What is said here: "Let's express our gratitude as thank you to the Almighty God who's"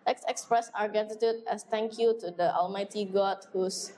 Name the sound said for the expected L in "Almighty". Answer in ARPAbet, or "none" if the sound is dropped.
L